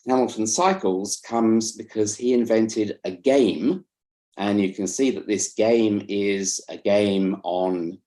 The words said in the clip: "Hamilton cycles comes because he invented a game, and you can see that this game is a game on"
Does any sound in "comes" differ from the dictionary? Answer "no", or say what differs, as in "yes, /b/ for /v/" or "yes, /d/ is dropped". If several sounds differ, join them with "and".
no